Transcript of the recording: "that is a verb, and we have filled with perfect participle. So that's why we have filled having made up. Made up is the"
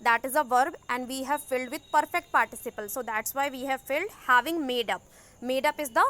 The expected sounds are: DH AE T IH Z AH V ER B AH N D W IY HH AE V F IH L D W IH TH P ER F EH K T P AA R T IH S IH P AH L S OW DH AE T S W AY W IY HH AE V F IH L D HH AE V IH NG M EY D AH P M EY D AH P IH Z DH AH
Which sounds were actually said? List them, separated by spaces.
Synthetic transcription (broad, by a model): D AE T IH Z AH V ER B AH N D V IY HH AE V F IH L D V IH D P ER F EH K T P AA R T IH S IH P AH L S OW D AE T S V AY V IY HH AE V F IH L D HH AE V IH NG M EY D AH P M EY D AH P IH Z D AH